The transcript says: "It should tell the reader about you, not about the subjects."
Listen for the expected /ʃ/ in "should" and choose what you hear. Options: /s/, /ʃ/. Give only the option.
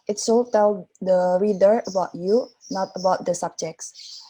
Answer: /s/